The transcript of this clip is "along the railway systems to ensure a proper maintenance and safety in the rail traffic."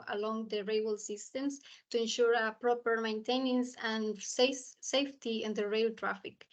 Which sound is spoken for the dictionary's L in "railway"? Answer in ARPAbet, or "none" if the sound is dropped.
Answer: none